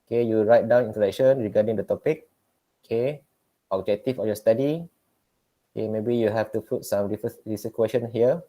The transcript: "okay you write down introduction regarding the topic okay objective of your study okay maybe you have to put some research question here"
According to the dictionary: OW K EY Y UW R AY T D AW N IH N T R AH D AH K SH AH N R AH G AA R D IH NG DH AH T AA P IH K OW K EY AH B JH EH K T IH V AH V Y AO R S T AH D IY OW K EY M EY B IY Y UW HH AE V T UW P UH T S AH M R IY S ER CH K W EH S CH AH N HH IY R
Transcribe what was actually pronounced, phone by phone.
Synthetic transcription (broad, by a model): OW K EY Y UW R AY T D AW N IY N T AH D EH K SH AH N R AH G AA D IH NG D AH T AA P IH K OW K EY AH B JH EH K T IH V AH Y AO S T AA D IY OW K EY M EY B IY Y UW HH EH F T UW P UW T S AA M R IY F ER S K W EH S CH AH N HH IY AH